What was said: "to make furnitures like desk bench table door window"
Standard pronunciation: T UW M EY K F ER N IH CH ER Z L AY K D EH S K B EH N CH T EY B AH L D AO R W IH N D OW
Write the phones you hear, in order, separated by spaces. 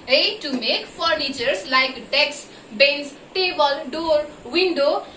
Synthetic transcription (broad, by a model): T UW M EY K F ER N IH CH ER S L AY K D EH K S B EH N S T EY B AH L D AO R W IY N D OW